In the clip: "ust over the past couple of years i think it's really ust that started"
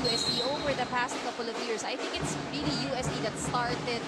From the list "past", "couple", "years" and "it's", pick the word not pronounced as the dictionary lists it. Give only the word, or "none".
years